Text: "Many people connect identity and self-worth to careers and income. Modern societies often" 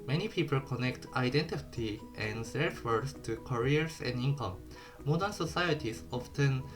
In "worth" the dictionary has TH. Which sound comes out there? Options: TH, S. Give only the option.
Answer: S